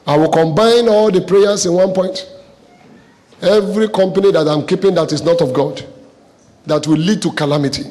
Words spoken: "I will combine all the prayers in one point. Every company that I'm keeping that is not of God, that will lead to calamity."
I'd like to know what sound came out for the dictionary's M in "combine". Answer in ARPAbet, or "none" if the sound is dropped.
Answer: M